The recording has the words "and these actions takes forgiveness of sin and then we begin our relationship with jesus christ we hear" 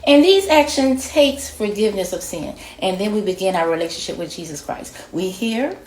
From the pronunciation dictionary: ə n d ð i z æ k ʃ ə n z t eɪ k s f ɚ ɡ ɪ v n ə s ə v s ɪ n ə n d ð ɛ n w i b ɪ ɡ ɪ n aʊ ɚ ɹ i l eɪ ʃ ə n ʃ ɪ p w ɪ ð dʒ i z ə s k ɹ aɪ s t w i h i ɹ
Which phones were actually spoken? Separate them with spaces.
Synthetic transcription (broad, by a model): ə n ð i z æ k ʃ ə n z t eɪ k s f ɚ ɡ ɪ v n ə s ə v s ɪ n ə n ð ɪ n w i b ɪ ɡ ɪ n aʊ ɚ ɹ i l eɪ ʃ ə n ʃ ɪ p w ɪ ð dʒ i z ə s k ɹ aɪ s t w i h i ɹ